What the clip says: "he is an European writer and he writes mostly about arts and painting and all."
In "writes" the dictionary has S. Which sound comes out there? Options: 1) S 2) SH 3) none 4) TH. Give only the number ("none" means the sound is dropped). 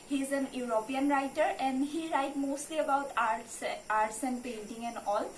3